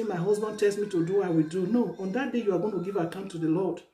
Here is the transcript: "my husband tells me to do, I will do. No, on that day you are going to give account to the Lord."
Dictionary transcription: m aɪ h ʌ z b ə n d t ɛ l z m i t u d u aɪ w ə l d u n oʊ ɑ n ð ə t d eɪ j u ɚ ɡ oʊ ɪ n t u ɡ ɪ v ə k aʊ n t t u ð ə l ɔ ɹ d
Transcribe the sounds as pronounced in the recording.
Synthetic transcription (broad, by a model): m aɪ h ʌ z b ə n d t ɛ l s m i t u d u aɪ w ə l d u n oʊ ɑ n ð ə t d eɪ j u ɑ ɡ oʊ ɪ n t u ɡ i v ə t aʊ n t t u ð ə l ɔ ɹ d